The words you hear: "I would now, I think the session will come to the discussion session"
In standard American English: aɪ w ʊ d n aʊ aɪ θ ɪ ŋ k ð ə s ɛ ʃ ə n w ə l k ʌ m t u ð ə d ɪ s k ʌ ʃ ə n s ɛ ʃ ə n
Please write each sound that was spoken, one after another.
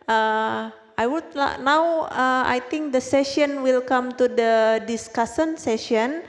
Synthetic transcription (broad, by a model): aɪ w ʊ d n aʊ aɪ t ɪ ŋ k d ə s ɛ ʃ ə n w ə l k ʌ m t u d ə d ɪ s k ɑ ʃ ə n s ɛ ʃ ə n